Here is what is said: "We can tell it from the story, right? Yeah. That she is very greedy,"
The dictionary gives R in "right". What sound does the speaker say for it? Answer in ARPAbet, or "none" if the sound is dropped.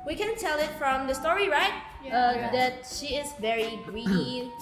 R